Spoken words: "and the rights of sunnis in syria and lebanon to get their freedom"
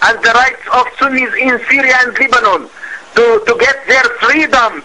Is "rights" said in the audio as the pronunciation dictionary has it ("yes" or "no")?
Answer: yes